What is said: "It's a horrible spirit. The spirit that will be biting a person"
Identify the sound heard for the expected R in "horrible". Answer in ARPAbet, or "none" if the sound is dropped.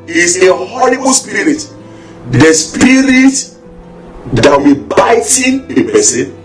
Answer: L